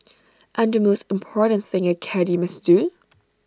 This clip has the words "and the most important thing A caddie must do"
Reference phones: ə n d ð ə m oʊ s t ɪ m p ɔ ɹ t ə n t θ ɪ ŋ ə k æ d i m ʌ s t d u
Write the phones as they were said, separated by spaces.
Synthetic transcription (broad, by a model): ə n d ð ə m oʊ s t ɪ m p ɔ ɹ t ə n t θ ɪ ŋ ə k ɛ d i m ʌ s d u